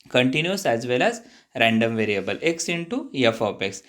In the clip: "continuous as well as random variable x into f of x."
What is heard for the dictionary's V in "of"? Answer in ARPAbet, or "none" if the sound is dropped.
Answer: P